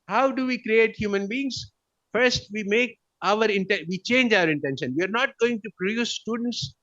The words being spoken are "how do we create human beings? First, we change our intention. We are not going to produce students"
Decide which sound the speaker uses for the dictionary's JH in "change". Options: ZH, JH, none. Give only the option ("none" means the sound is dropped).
JH